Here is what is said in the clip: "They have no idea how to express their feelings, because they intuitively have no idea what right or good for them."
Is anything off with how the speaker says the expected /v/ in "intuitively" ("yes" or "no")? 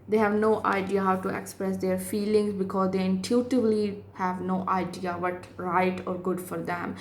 yes